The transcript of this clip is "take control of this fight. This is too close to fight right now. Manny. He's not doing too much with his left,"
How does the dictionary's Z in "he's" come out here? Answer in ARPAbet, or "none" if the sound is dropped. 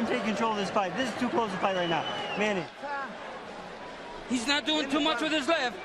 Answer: Z